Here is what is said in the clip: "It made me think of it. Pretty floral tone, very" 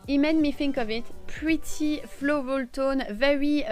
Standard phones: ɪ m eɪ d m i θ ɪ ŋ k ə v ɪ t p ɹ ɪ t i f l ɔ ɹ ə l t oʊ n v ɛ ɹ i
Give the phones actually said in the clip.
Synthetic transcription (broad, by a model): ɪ m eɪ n m i f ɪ ŋ k ə v ɪ t p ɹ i t i f l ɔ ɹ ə l t oʊ n v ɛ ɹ i